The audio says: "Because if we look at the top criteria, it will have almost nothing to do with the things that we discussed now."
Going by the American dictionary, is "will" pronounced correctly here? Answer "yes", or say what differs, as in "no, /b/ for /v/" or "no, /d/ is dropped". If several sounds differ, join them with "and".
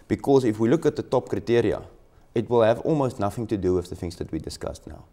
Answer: yes